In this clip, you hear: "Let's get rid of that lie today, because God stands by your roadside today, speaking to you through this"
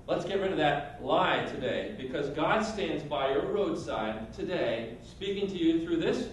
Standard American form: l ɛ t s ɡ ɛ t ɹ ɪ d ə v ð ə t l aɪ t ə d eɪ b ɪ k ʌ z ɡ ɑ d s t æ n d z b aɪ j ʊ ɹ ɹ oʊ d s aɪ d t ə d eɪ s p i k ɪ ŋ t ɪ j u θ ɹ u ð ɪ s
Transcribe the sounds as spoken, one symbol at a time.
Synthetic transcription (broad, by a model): l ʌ t s ɡ ɛ t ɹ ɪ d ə ð ə t l aɪ t ə d eɪ b ɪ k ʌ z ɡ ɑ d s t æ n d z b aɪ j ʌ ɹ ɹ oʊ d s aɪ d t ə d eɪ s p i k ɪ ŋ t ɪ j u θ ɹ u ð ɪ s